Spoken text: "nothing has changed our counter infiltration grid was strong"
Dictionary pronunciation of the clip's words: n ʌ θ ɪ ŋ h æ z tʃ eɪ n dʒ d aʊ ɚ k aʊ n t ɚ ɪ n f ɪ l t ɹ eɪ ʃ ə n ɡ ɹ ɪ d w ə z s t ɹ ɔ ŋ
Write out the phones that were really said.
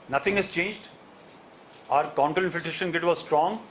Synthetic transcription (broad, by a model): n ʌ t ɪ ŋ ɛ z tʃ eɪ n dʒ d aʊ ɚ k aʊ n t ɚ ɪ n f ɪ t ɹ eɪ ʃ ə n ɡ ɪ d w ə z s t ɹ ɔ ŋ